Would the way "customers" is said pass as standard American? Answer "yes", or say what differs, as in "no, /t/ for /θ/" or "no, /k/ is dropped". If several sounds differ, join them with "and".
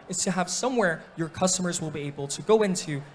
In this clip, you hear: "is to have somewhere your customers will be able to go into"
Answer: yes